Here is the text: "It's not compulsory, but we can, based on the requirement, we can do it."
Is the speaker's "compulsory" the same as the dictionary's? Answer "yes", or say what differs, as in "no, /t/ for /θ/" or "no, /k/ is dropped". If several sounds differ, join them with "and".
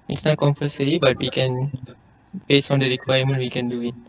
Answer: no, /l/ is dropped